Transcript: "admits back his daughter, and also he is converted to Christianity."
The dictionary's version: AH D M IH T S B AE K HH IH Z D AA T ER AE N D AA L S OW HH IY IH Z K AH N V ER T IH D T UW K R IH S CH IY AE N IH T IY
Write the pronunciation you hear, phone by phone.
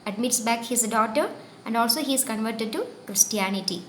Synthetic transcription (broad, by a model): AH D M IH T S B AE K HH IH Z D AA T ER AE N D AA L S OW HH IY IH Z K AH N V ER T IH D T UW K R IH S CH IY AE N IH T IY